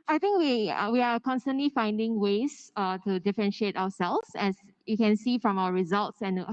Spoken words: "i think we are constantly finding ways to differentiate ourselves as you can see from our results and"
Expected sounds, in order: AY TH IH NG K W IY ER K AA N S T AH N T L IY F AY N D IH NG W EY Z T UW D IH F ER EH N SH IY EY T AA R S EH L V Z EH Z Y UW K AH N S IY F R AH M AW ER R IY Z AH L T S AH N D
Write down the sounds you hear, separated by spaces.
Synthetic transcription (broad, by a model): AY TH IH NG K W IY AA K AA N S T AH N T L IY F AY N D IH NG W EY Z T UW D IH F ER EH N SH IY EY T AA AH S EH L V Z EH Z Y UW K AH N S IY F R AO M AW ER R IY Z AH L T S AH N